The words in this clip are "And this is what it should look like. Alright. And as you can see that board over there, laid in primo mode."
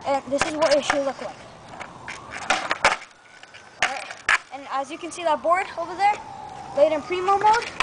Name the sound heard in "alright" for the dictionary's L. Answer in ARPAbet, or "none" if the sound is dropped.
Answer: none